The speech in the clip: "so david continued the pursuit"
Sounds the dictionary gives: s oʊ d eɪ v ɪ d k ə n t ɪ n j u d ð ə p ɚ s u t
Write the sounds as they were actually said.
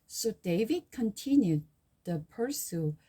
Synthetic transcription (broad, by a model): s oʊ d eɪ v ɪ d k ə n t ɪ n j u d ð ə p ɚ s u